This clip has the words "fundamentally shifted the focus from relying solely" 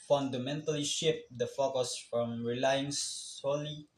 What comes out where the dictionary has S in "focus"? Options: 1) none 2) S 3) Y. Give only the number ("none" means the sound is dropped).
2